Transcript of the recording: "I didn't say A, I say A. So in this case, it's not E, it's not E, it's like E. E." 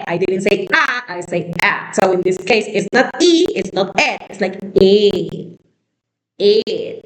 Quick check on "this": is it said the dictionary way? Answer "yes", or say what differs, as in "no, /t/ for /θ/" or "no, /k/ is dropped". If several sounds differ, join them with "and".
yes